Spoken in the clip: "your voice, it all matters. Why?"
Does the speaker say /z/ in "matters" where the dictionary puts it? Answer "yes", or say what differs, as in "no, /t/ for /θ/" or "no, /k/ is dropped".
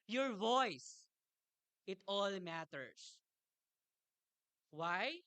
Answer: no, /s/ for /z/